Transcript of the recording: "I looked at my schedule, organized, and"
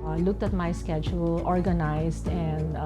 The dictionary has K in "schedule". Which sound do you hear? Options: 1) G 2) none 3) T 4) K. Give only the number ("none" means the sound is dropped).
4